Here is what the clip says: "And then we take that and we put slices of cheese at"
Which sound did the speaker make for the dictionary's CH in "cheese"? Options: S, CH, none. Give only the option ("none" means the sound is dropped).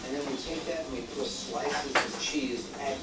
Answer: CH